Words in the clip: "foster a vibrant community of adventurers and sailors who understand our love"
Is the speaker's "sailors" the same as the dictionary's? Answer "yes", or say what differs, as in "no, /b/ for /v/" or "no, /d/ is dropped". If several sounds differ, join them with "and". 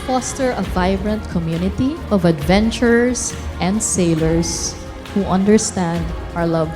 no, /s/ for /z/